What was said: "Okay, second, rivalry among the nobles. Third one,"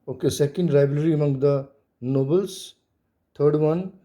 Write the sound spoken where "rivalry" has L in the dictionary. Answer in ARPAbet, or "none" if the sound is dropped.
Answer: none